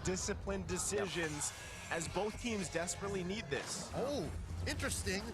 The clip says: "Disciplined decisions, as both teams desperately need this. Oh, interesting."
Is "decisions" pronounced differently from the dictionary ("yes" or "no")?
no